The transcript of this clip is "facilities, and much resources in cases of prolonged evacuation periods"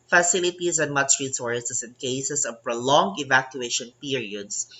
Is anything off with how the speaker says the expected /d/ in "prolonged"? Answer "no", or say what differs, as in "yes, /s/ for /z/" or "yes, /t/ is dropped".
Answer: yes, /d/ is dropped